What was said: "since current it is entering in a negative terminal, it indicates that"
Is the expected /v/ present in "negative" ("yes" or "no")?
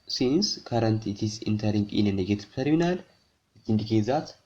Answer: no